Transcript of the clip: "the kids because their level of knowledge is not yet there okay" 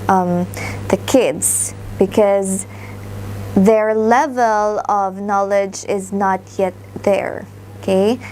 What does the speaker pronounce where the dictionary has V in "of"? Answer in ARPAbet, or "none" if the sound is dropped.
V